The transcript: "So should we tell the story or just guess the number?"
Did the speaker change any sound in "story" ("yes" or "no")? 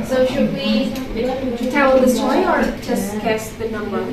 yes